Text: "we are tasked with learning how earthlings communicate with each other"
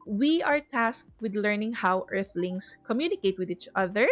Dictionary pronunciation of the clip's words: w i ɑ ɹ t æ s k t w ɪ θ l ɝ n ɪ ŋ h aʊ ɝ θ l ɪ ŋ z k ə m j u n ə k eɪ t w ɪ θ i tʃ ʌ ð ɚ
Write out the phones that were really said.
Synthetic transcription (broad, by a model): w i ɑ ɹ t æ s k t w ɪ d l ɝ n ɪ ŋ h aʊ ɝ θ l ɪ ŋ s k ə m j u n ə k eɪ t w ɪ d i tʃ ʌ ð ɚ